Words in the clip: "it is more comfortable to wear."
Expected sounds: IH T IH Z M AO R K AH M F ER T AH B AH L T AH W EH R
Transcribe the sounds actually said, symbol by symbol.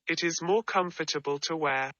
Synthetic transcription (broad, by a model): IH T IH Z M AO K AH M F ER T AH B AH L T AH W EH